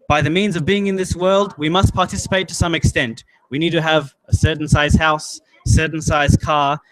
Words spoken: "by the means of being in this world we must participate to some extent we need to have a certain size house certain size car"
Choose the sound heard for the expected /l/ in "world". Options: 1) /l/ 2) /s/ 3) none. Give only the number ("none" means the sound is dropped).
1